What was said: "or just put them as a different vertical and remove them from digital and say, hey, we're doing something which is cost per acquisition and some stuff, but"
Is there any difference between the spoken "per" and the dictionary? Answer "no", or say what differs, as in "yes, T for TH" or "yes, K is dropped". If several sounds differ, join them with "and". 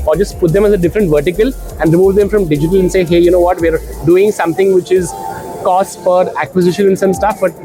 yes, F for P